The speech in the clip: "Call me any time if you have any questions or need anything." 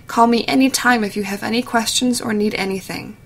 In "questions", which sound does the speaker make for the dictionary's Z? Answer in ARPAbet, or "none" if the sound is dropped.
Z